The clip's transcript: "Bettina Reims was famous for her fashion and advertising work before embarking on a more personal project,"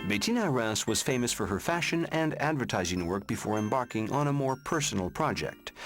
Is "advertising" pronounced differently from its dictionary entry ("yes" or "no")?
no